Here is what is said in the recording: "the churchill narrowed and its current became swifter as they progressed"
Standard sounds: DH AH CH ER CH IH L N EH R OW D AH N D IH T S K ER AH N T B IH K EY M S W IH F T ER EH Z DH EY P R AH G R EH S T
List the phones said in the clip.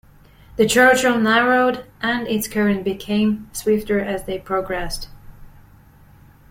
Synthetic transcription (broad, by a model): DH AH CH ER CH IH N N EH R OW D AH N IH T S K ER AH N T B IH K EY M S W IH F T ER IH Z DH EY P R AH G R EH S T